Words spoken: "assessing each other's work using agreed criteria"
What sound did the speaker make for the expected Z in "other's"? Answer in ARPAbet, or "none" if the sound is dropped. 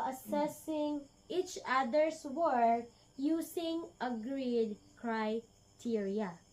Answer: S